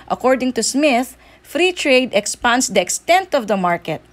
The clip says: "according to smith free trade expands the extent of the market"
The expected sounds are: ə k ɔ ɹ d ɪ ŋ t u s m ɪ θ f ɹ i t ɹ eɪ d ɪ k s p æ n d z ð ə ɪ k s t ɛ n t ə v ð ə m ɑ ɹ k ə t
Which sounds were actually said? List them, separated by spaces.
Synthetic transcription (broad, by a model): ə k ɔ ɹ d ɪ ŋ t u s m ɪ θ f ɹ i t ɹ eɪ d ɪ k s p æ n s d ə ɪ k s t ɛ n t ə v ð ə m ɑ ɹ k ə t